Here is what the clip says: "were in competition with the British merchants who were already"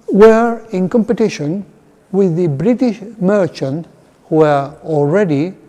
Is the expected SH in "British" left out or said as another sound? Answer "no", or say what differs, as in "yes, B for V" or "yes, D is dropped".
no